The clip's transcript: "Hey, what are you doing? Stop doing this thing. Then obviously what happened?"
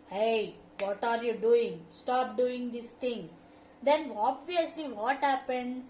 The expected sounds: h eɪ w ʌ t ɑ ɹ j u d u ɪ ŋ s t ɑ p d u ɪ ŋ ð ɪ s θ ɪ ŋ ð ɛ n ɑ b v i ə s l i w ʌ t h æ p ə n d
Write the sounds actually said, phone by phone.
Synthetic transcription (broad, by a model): h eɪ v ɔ t ɑ ɹ j u d u ɪ ŋ s t ɑ p d u ɪ ŋ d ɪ s t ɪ ŋ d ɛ n ɑ b v i ə s l i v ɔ t h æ p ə n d